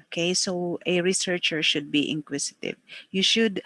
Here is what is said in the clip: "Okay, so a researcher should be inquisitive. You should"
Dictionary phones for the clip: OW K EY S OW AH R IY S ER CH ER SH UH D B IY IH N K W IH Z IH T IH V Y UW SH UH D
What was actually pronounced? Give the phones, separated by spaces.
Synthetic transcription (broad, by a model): K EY S OW AH R IY S ER CH ER SH UH D B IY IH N K W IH S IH T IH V Y UW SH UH D